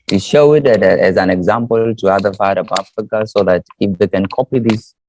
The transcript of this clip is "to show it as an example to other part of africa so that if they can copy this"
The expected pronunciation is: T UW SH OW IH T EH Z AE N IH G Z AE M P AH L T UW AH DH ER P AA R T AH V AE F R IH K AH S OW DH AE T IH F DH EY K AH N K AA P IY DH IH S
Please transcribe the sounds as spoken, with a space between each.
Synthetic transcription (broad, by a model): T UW SH OW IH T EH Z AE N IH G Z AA M P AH L T UW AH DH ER F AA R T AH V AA F R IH K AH S OW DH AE T IH F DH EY K AH N K AA P IY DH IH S